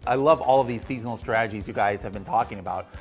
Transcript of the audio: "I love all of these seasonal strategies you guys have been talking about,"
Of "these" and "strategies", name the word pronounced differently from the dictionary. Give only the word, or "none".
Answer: none